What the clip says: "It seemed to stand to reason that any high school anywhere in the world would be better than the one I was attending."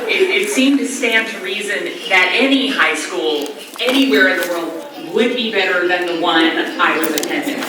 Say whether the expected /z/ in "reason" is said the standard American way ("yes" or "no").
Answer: yes